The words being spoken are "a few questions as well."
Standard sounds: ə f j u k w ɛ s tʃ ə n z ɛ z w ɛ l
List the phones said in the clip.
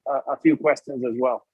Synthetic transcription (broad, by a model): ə f j u k w ɛ s tʃ ə n z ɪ z w ɛ l